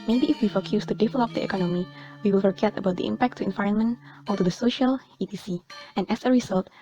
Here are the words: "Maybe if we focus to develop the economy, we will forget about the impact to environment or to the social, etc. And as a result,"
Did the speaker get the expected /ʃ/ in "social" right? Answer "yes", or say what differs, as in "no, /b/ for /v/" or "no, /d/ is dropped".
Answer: yes